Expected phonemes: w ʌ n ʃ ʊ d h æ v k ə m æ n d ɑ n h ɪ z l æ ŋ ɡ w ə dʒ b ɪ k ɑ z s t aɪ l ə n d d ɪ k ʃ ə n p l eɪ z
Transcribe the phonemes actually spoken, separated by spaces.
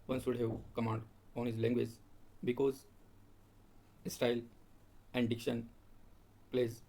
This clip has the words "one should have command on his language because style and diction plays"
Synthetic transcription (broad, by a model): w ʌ n s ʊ d h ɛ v k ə m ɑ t ɑ n h ɪ z l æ ŋ ɡ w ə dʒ b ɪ k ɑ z s t aɪ l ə n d d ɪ k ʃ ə n p l eɪ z